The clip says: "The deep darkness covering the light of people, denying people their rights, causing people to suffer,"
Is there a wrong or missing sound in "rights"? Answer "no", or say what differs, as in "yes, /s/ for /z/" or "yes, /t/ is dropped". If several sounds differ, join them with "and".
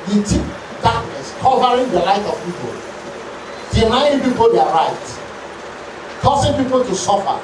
yes, /s/ is dropped